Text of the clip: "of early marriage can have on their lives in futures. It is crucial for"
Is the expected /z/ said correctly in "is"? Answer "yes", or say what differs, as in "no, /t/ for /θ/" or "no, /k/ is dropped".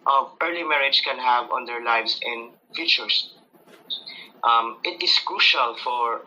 no, /s/ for /z/